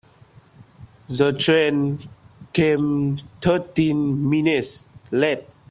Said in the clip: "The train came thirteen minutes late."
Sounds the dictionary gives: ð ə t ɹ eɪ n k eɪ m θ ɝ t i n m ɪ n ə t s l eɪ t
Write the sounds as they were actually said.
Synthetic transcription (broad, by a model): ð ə t ɹ eɪ n k eɪ m t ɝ t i n m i n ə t s l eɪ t